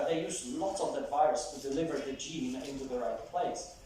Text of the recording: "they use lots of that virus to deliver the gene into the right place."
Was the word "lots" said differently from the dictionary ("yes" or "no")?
yes